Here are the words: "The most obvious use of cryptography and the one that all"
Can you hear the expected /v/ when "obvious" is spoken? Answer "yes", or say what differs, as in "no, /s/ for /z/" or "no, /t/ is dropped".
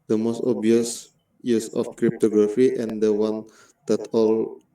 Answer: no, /v/ is dropped